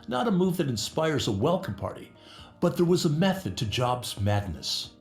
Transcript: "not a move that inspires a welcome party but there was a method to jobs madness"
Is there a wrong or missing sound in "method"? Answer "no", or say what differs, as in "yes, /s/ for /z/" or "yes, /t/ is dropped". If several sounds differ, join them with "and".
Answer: no